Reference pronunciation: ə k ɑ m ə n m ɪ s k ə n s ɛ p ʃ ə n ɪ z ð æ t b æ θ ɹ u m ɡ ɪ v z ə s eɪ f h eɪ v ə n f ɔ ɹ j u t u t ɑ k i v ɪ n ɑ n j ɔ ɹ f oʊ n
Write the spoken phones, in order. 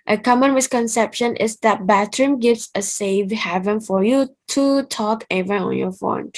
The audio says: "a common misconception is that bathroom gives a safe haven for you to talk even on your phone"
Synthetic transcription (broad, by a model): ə k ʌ m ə n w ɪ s k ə n s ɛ p ʃ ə n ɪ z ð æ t b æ t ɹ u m ɡ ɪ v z ə s eɪ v h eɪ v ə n f ɔ ɹ j u t u t ɑ k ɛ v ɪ ɑ n j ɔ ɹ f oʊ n